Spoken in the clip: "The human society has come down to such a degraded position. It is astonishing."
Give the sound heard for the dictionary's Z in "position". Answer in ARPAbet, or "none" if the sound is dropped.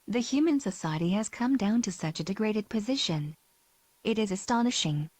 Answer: Z